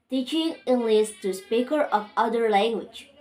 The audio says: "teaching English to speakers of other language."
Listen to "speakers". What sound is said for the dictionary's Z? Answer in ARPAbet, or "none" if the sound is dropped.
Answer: none